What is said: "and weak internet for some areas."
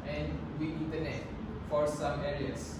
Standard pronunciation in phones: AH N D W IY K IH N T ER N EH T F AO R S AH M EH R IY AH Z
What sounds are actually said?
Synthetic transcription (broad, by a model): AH N D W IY IH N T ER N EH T F AO R S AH M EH R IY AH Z